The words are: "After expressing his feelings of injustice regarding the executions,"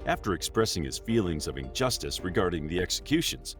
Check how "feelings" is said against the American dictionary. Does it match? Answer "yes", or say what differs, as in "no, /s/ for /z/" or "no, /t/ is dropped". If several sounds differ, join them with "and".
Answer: yes